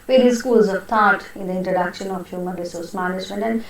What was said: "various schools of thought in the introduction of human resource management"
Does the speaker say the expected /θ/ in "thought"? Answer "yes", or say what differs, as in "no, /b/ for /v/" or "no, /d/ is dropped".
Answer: no, /t/ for /θ/